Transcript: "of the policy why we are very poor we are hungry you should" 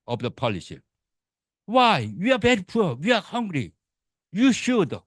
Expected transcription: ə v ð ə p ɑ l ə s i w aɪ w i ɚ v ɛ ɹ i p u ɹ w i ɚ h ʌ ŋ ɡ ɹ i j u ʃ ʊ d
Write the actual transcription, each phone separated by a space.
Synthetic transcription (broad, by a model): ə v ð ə p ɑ l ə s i w aɪ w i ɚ b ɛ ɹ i p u w i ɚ h ʌ ŋ ɡ ɹ i j u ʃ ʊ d